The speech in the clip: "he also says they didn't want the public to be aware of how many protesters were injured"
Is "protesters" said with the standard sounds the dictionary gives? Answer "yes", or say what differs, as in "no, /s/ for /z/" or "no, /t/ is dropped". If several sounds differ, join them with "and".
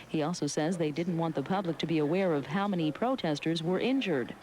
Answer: yes